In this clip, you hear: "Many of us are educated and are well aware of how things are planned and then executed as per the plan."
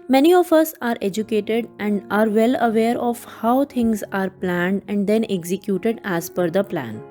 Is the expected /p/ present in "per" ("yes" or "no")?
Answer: no